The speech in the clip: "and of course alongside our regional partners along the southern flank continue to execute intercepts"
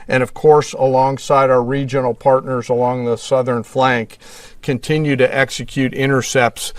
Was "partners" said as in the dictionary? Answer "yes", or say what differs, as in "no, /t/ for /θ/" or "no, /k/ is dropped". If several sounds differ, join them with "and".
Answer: yes